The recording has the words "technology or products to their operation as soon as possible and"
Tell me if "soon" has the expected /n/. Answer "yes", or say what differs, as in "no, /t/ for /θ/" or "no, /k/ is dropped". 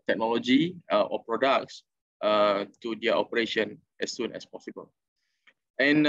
yes